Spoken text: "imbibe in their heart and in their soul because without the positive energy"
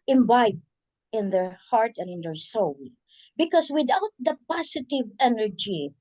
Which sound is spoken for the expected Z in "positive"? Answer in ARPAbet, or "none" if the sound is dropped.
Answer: S